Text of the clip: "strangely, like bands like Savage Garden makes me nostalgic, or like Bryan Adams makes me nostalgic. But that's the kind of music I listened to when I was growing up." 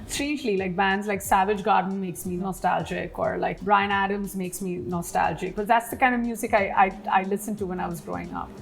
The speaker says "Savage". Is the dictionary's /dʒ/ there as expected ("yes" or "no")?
yes